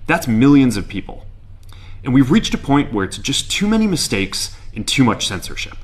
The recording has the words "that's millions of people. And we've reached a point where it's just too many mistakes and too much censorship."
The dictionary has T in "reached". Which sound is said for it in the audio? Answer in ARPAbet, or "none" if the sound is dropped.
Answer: T